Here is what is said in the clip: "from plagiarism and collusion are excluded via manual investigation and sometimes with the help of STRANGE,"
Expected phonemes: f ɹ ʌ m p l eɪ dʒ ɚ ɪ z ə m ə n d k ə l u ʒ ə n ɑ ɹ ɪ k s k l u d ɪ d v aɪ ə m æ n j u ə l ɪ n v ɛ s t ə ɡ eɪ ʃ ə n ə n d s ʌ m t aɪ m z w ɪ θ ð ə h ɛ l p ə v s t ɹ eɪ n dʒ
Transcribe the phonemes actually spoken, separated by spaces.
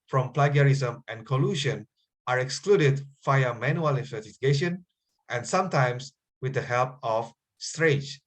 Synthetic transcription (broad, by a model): f ɹ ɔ m p l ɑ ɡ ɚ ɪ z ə m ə n k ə l u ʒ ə n ɑ ɹ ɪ k s k l u d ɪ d f aɪ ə m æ n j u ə l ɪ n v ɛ s t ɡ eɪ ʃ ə n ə n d s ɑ m t aɪ m s w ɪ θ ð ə h ɛ l p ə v s t ɹ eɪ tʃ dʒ